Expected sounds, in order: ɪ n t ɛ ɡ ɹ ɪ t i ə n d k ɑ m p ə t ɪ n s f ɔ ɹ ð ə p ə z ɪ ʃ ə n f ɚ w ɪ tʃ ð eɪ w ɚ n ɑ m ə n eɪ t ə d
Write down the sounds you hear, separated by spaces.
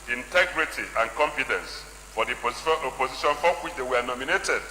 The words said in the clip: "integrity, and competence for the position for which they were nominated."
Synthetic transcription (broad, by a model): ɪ n t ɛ ɡ ɹ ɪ t i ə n k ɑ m f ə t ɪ n s f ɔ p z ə p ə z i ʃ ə n f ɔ w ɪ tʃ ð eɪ w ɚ n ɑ m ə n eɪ t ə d